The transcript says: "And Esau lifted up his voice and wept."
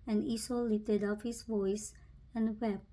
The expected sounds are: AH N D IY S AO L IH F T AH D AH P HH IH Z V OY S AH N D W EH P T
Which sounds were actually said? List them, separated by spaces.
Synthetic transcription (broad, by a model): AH N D IY S AO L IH T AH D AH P HH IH S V OY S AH N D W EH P